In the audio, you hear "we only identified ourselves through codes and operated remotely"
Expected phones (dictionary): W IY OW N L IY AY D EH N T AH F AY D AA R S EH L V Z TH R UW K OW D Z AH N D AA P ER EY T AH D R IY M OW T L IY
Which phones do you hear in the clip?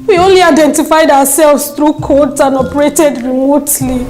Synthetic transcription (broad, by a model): W IY OW N L IY AY D EH N T AH F AY D AA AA S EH L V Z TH R UW K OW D S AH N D AA P ER EY T AH D R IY M OW T L IY